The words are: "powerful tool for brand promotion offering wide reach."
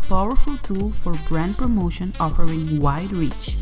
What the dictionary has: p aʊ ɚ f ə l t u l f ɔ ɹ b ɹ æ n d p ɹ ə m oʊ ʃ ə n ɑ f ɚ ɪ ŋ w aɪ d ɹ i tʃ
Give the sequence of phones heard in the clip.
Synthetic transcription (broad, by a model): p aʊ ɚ f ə l t u l f ɔ ɹ b ɹ æ n d p ɹ ə m oʊ ʃ ə n ɑ f ɚ ɪ ŋ w aɪ d ɹ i tʃ